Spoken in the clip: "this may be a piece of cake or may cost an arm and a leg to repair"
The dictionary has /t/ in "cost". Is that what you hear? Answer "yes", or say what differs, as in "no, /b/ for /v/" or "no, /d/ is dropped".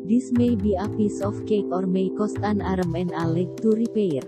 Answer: yes